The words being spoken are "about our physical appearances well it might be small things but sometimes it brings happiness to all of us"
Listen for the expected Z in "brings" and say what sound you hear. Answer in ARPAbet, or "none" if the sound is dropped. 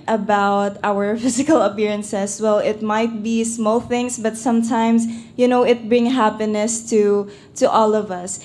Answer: none